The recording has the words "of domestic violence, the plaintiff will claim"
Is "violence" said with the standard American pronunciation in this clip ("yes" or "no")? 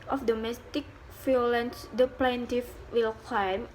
no